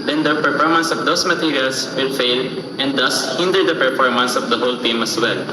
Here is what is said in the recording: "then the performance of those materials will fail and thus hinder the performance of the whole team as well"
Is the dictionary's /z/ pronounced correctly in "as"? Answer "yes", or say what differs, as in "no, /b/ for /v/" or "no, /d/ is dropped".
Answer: no, /s/ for /z/